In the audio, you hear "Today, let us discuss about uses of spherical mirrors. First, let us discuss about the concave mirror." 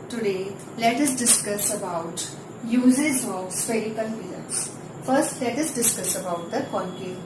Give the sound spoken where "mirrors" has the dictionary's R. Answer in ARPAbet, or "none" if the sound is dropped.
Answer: L